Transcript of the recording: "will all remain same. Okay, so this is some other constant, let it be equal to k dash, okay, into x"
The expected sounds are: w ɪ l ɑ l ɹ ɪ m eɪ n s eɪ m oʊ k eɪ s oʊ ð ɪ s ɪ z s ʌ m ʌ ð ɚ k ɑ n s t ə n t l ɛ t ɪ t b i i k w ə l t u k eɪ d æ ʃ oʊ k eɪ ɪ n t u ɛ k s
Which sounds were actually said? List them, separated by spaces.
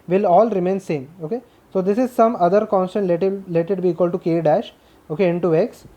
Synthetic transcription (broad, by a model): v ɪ l ɑ l ɹ ɪ m eɪ n s eɪ m oʊ k eɪ s oʊ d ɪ s ɪ z s ʌ m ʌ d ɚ k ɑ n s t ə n t l ɛ t ɪ t b i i k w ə l t u k eɪ d æ ʃ oʊ k eɪ ɪ n t u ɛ k s